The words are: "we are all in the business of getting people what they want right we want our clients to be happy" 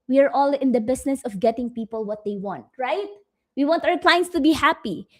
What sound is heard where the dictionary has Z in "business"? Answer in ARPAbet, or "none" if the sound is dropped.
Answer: S